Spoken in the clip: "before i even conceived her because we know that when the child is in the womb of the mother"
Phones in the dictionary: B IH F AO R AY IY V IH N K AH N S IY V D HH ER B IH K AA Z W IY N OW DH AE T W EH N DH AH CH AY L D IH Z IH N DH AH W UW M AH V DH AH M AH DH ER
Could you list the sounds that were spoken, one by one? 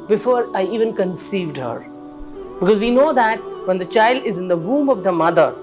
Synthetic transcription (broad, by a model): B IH F AO R AY IY V IH N K AH N S IY V D HH ER B IH K AA Z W IY N OW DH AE T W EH N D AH CH AY L D IH Z IH N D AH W UW M AH V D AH M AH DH ER